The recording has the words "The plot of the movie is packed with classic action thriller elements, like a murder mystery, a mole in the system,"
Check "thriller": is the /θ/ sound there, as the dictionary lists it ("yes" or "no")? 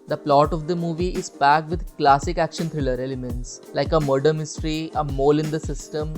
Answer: no